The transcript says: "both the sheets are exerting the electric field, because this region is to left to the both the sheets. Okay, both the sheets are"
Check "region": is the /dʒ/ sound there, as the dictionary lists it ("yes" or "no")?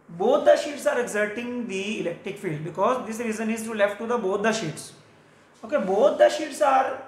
no